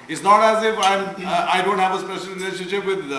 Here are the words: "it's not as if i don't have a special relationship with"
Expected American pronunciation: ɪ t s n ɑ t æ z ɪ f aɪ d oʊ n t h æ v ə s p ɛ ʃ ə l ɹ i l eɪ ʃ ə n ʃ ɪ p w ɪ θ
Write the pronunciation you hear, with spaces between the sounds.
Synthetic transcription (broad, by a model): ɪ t s n ɑ t æ z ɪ f aɪ d oʊ n t h æ v ə s p ɛ ʃ ə l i n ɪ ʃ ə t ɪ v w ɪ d